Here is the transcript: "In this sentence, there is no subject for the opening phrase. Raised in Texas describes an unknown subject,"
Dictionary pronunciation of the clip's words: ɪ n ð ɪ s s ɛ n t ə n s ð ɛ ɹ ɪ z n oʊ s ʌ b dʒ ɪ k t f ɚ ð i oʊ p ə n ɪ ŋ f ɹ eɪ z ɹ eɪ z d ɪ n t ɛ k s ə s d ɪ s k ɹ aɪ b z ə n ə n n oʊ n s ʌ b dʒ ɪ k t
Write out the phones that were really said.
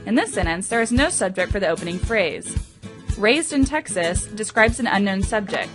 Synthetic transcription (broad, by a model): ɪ n ð ɪ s s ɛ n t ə n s ð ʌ ɹ ɪ z n oʊ s ʌ b dʒ ɪ k t f ɚ ð i oʊ p ə n ɪ ŋ f ɹ eɪ z ɹ eɪ z d ɪ n t ɛ k s ə s d ɪ s k ɹ aɪ b z ə n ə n n oʊ n s ʌ b dʒ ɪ k t